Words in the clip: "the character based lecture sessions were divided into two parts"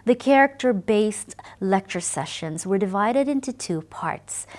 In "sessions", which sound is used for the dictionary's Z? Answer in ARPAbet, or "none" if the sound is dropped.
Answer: Z